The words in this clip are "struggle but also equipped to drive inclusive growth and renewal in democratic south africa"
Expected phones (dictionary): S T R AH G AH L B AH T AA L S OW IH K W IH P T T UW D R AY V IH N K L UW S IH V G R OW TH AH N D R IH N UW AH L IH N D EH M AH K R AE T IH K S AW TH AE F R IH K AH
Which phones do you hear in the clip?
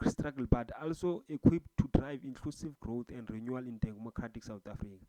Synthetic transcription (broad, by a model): S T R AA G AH L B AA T AA L S OW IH K W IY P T T UW D R AY V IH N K L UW S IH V G R OW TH AH N D R IH N UW AH L IH N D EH M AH K R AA T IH K S AW T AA F R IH K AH